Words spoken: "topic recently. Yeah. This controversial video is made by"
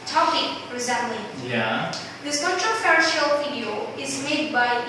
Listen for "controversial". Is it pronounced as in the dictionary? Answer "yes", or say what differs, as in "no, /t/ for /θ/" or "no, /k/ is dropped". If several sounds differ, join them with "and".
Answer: no, /f/ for /v/